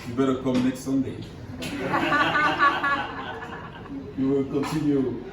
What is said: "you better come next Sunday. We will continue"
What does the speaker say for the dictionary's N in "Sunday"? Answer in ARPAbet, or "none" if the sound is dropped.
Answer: N